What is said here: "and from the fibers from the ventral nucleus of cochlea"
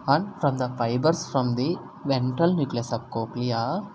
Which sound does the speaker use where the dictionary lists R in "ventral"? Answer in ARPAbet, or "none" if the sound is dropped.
none